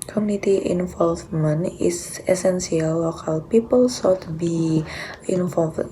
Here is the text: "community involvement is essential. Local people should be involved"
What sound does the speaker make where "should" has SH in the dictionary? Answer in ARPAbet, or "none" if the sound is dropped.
S